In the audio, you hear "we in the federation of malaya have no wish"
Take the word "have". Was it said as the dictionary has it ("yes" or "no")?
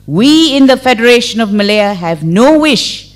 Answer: yes